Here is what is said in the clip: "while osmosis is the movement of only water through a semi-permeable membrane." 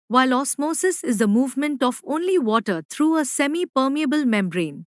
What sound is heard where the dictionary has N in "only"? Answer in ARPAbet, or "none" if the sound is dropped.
N